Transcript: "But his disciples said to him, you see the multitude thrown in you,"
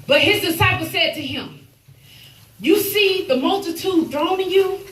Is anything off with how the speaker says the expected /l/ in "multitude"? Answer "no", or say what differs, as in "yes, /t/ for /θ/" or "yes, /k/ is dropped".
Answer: no